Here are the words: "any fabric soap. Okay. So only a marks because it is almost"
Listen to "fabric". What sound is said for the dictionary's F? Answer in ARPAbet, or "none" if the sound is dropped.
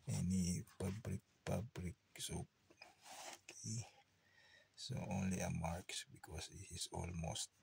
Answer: P